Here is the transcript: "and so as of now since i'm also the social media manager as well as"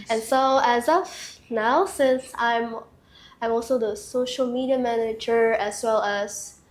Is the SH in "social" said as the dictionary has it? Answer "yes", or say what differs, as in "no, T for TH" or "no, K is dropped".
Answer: yes